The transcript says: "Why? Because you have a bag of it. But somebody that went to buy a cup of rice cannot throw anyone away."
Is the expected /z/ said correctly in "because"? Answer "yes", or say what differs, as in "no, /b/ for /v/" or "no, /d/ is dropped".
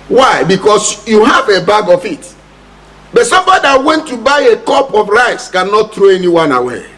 no, /s/ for /z/